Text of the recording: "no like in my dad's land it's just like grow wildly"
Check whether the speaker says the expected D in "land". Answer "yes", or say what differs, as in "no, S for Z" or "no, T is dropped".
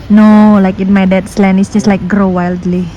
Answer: no, D is dropped